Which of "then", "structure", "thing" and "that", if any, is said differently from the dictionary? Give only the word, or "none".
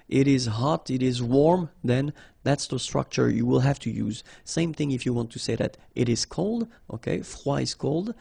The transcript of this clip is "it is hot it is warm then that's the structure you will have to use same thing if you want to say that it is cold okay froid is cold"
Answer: none